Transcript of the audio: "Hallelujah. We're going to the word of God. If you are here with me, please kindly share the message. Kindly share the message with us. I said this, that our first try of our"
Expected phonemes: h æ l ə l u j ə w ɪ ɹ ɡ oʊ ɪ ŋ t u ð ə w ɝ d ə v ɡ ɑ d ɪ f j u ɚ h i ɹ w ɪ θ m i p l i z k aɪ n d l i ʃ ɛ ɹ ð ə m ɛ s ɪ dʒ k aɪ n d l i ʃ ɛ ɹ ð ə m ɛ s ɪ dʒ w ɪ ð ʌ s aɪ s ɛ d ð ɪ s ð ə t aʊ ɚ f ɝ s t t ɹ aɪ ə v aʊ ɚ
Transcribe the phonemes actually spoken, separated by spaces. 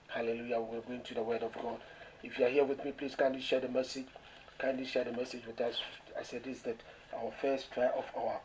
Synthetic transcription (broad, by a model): h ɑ l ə l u j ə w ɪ l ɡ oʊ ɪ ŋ t u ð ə w ɝ d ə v ɡ ɑ d ɪ f j u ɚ h i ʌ w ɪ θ m i p l i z k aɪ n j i ʃ ɛ ɹ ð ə m ɛ s ɪ dʒ k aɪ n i ʃ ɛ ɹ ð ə m ɛ s ɪ dʒ w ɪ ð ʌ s aɪ s ɛ d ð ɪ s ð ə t aʊ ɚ f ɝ s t t ɹ aɪ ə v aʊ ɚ